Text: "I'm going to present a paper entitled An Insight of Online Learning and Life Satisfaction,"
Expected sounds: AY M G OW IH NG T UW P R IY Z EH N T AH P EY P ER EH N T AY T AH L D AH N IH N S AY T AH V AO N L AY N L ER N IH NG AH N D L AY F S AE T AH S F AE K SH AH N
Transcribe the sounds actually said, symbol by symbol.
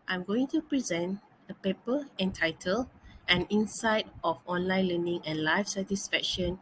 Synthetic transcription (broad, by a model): AY M G OW IH NG T UW P R IY Z EH N T AH P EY P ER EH N T AY T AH L AH N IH N S AY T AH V AO N L AY N L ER N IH NG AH N L AY F S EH T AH S F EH K SH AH N